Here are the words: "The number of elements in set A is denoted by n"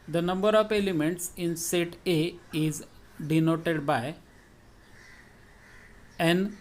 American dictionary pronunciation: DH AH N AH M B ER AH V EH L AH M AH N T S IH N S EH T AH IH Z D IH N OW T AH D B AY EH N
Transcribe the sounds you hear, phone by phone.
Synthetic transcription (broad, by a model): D AH N AH M B ER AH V EH L AH M AH N T S IH N S EH T AH IH Z D IH N OW T AH D B AY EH N